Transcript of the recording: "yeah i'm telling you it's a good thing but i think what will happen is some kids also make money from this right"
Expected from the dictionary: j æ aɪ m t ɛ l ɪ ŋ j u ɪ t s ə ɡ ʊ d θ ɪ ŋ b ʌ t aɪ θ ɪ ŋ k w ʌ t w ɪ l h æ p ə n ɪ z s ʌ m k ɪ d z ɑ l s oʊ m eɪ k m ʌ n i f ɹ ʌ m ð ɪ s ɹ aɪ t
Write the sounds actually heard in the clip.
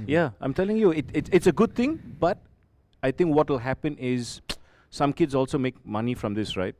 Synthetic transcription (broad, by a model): j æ aɪ m t ɛ l ɪ ŋ j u ɪ t s ə ɡ ʊ d t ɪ ŋ b ʌ t aɪ t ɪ ŋ k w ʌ t w ɪ l h æ p ə n ɪ z s ʌ m k ɪ d z ɑ l s oʊ m eɪ k m ʌ n i f ɹ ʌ m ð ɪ s ɹ aɪ t